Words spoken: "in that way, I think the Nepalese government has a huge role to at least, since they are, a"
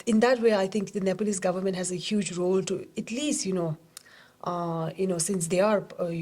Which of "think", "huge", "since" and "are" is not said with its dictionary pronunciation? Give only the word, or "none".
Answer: think